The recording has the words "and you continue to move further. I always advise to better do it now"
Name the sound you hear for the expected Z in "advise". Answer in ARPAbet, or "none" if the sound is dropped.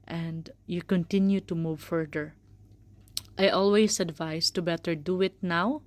S